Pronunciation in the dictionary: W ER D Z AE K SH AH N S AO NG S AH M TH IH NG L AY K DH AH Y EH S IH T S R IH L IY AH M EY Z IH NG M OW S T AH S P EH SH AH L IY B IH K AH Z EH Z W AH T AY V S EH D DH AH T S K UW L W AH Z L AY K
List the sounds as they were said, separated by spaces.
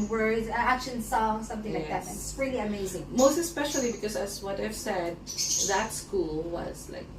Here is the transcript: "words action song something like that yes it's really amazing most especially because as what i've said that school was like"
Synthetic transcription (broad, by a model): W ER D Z AE K SH AH N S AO S AH M TH IH NG L AY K DH AH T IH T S R IH L IY AH M EY Z IH NG M OW S T AH S P EH SH AH L IY B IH K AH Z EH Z W AH T AY V S EH D DH AH T S K UW L W AH Z L AY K